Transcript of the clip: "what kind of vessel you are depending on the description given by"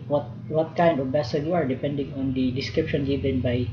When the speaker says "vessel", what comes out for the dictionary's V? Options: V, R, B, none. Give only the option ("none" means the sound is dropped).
B